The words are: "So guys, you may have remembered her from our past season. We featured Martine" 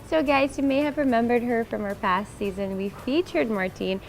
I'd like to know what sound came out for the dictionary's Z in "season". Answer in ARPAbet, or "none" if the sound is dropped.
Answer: Z